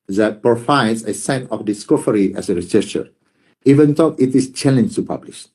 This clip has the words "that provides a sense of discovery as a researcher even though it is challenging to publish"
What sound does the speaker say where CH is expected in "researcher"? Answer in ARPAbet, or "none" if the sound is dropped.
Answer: S